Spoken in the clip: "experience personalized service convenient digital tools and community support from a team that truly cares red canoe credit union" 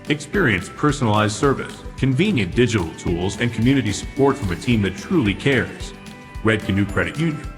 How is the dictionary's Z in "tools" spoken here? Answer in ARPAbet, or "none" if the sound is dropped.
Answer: Z